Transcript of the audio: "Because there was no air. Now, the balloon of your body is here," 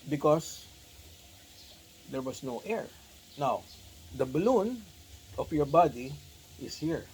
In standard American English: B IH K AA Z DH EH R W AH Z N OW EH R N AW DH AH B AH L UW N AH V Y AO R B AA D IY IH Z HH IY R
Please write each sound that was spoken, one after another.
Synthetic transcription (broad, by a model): B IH K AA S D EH R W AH S N OW EH R N AW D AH B AH L UW N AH F Y AO R B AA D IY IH S HH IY R